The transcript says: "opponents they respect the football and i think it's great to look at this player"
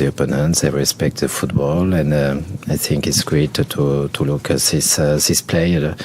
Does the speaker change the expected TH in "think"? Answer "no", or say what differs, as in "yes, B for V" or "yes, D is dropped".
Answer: no